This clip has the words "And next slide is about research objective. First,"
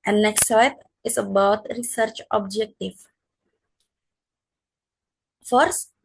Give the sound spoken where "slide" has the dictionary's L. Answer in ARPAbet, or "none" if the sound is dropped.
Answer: none